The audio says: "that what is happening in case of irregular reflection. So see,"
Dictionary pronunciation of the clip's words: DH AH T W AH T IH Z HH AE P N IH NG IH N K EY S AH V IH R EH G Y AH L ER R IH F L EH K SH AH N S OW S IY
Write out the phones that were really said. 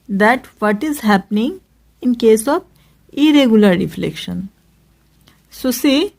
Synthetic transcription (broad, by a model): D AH T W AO T IH Z HH AE P N IH NG IH N K EY S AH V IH R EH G Y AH L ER R IH F L EH K SH AH N S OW S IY